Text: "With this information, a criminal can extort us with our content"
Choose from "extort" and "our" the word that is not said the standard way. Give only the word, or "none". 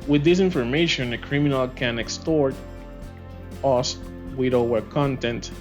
our